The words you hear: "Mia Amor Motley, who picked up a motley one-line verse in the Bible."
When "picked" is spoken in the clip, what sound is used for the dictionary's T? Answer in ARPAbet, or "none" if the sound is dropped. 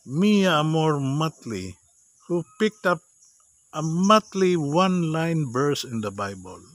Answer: T